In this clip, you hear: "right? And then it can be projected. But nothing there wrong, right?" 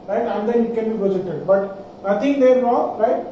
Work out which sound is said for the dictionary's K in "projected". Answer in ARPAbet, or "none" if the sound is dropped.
none